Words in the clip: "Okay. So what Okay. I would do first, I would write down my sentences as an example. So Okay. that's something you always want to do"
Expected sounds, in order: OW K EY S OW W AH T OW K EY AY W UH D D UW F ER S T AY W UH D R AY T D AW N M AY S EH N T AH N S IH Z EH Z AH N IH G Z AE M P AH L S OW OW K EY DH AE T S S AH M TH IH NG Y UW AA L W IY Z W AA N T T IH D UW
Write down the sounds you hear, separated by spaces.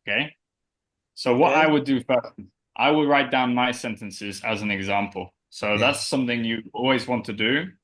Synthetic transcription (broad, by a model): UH K EY S OW W AH T AY W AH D D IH F ER S T AY W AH D R AY T D AW N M AY S EH N T AH N S IH Z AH Z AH N IH G Z AE M P AH L S OW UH DH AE T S S AH M TH IH NG Y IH AA L W IY Z W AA N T T IH D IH